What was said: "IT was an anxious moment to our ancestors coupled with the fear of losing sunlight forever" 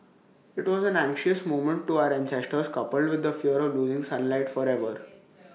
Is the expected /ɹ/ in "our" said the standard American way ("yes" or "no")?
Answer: yes